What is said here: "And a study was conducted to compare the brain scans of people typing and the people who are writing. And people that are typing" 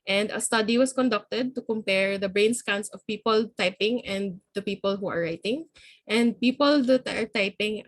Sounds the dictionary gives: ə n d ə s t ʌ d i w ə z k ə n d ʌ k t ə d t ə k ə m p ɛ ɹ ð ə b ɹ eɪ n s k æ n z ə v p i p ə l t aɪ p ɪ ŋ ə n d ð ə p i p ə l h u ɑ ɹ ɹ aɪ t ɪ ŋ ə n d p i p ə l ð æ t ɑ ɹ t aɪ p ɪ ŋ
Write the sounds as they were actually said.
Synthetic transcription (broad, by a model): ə n d ə s t ʌ d i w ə s k ə n d ʌ k t ə d t ə k ə m p ɛ ɹ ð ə b ɹ eɪ n s k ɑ n s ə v p i p ə l t aɪ p ɪ ŋ ə n d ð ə p i p ə l h u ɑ ɹ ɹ aɪ t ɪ ŋ ə n d p i p ə l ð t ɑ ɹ t aɪ p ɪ ŋ